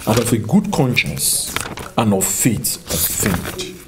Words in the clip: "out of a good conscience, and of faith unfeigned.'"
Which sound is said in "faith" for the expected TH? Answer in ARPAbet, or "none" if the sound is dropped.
T